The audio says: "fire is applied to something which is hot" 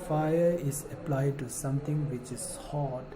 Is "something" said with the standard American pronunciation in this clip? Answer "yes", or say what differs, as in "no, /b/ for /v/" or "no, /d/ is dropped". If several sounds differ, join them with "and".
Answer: no, /t/ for /θ/